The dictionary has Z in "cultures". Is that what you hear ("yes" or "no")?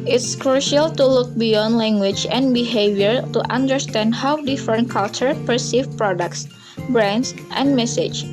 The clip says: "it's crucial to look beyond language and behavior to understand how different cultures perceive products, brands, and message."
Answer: no